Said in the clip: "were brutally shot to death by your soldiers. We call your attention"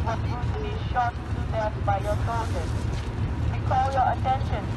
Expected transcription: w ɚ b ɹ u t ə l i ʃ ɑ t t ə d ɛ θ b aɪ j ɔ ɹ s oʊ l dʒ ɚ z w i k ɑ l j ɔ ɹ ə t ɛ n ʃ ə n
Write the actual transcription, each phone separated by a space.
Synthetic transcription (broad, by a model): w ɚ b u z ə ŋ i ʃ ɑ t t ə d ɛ s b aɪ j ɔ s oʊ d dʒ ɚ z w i k ɑ l j ɔ ɹ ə t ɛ n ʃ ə n